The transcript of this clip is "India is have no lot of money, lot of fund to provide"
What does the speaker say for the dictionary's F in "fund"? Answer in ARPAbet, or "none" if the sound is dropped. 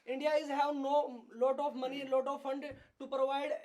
F